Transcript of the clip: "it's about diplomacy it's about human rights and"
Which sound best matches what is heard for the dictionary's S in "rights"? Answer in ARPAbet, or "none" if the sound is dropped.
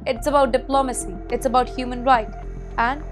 none